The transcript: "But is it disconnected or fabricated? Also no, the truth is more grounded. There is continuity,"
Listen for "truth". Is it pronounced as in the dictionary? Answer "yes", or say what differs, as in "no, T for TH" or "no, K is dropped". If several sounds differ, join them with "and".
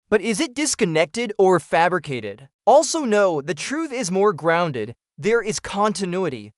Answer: yes